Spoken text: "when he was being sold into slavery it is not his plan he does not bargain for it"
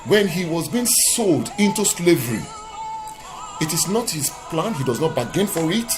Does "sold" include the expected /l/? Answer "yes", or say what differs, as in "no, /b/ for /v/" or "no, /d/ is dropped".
yes